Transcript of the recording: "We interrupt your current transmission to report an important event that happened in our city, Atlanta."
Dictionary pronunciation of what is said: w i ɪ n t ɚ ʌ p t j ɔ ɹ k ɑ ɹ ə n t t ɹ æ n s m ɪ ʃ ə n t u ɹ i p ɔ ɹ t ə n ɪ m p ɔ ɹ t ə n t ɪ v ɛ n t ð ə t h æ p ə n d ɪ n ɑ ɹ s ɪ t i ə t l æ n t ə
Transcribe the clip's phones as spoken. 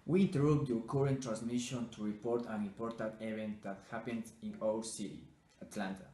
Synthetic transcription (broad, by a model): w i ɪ n t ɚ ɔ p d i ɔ k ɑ ɹ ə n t t ɹ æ n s m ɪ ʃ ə n t u ɹ i p ɔ ɹ t ə n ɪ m p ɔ ɹ t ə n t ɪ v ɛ n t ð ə t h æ p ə n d ɪ n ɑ l s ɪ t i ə t l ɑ n t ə